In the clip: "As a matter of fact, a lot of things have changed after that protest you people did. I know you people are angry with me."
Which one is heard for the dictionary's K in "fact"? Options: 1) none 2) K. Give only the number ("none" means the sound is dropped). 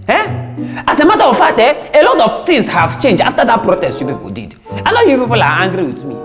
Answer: 1